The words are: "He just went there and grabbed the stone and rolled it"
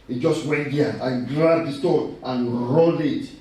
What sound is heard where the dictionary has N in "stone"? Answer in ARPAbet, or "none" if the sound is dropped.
none